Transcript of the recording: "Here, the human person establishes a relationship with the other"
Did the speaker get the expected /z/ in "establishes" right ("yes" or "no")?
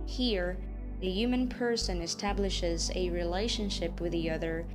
yes